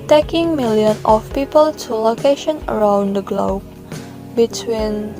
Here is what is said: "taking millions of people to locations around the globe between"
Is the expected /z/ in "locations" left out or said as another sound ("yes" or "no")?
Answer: yes